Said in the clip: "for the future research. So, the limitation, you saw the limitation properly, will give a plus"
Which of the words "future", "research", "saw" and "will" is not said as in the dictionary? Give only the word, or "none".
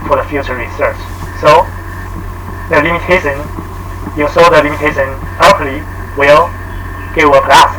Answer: none